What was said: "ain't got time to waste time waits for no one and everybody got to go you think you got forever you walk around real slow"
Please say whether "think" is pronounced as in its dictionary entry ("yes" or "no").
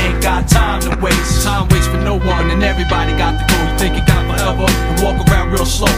yes